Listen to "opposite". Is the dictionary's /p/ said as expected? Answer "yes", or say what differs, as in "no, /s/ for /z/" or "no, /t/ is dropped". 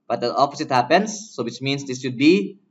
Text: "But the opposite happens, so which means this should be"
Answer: no, /f/ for /p/